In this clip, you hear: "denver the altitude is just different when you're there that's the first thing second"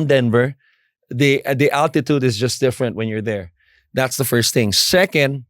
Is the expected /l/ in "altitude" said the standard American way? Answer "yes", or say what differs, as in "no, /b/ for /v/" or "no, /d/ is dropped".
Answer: yes